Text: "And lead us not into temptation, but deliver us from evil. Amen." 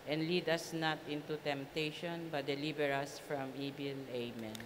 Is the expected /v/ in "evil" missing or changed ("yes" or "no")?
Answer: yes